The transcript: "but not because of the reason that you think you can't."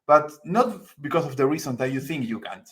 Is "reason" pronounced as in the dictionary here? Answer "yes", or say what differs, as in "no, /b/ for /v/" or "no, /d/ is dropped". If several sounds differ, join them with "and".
no, /s/ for /z/